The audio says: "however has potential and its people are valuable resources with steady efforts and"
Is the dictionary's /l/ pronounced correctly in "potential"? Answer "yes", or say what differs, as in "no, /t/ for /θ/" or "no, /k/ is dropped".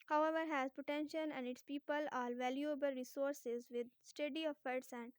no, /n/ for /l/